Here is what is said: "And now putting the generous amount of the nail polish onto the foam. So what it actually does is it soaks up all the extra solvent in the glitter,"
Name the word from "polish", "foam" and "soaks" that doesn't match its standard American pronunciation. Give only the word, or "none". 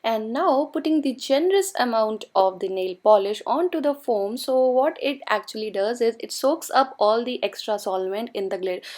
none